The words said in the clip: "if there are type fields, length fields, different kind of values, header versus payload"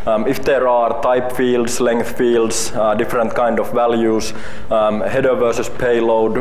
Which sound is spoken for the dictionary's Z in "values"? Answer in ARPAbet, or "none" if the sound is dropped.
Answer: S